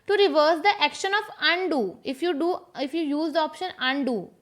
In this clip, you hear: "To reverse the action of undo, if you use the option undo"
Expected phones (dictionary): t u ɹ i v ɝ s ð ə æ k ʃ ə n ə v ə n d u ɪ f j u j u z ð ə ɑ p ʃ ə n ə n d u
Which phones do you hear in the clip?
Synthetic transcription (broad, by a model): t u ɹ i v ɝ s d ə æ k ʃ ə n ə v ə n d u ɪ f j u j u z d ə ɑ p ʃ ə n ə n d u